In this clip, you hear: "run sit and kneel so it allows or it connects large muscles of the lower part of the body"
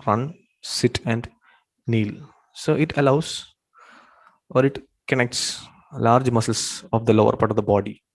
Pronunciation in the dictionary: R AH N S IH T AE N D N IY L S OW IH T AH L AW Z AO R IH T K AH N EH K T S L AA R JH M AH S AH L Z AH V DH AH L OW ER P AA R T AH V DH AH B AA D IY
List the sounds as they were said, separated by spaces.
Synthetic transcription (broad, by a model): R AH N S IH T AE N D N IY L S OW IH T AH L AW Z AO R IH T K AH N EH K T S L AA R JH M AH S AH L S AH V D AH L OW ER P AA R T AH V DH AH B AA D IY